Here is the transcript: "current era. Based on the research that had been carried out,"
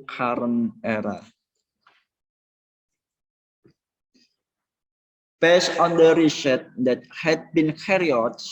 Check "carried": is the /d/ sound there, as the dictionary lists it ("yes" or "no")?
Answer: no